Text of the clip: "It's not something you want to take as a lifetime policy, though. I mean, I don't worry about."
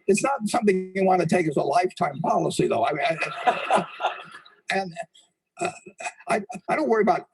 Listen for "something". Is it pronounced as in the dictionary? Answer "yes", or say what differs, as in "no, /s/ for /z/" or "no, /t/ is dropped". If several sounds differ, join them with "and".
yes